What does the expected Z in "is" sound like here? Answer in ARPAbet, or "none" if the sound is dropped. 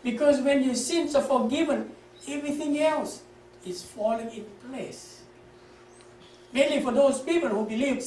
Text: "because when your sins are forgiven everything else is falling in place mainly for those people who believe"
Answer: S